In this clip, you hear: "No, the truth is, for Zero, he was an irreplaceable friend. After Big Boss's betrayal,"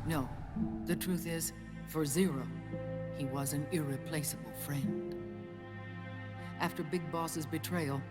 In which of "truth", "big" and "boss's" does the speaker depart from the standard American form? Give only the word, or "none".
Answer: none